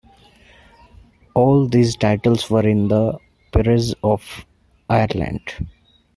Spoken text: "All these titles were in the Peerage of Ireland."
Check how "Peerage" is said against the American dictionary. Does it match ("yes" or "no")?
no